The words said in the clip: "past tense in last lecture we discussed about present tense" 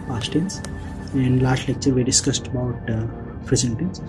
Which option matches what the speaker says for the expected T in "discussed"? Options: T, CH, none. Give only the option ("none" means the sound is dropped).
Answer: T